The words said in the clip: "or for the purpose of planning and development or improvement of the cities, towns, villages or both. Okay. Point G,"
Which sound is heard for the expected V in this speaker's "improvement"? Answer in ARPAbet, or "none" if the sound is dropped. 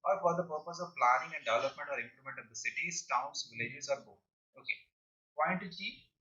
none